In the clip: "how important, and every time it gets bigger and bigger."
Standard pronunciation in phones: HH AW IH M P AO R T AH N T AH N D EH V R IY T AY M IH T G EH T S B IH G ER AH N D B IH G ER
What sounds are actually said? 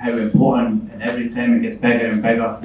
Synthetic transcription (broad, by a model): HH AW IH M P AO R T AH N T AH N EH V R IY T AY M IH T G EH T S B IH G ER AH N B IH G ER